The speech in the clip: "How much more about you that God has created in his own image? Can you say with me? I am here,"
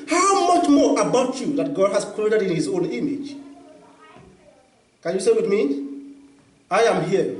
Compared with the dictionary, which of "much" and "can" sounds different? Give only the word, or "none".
none